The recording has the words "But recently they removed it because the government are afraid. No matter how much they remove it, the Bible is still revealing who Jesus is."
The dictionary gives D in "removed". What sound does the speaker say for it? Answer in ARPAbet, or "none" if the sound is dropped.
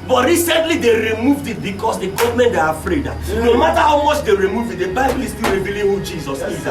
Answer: D